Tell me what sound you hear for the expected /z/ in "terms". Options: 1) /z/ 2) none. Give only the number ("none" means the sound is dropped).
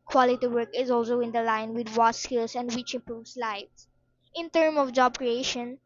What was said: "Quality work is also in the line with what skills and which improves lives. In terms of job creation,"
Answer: 2